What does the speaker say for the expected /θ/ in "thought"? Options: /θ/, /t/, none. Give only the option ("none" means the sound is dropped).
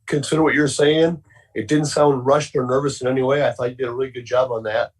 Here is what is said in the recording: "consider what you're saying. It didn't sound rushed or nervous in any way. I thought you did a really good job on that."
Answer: /θ/